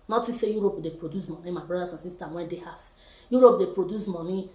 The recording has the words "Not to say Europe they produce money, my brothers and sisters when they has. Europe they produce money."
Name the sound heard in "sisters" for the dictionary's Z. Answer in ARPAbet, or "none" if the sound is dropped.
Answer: none